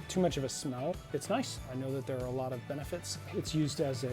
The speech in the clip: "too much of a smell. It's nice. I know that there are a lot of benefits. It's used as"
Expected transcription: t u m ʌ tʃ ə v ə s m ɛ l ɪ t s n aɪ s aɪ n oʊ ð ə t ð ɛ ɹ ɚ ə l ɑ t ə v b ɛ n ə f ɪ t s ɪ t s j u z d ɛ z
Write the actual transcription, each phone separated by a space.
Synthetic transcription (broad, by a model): t u m ʌ tʃ ə v ə s m ɛ l ɪ t s n aɪ s aɪ n oʊ ð ə t ð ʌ ɹ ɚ ə l ɑ t ə v b ɛ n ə f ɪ t s ɪ t s j u z d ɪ z